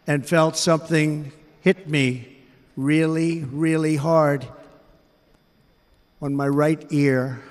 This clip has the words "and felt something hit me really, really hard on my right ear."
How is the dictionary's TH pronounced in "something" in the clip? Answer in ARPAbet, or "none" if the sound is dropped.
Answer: TH